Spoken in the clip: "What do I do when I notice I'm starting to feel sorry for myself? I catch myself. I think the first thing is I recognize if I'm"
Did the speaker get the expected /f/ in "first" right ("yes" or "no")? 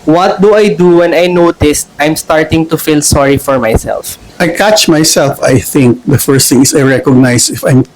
yes